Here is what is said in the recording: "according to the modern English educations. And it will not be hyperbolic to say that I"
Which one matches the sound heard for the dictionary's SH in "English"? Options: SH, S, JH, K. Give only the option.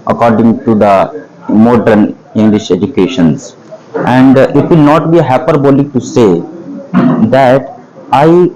SH